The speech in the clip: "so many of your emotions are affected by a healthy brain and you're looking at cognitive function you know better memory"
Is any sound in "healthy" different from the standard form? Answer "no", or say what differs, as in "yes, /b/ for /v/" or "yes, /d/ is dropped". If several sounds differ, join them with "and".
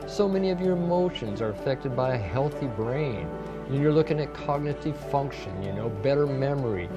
no